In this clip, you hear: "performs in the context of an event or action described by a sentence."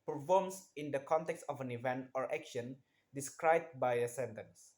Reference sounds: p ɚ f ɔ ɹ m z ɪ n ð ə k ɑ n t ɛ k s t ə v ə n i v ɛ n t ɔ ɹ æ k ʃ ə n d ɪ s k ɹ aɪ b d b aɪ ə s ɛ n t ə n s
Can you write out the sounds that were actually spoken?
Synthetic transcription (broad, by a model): p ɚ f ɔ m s ɪ n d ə k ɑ n t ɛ k s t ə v ə n i v ɛ n t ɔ ɹ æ k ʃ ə n d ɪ s k ɹ aɪ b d b aɪ ə s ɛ n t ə n s